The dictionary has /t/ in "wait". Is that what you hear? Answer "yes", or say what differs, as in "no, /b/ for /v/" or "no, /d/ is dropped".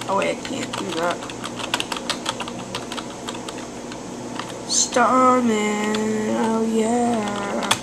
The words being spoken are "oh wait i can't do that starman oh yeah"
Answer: no, /t/ is dropped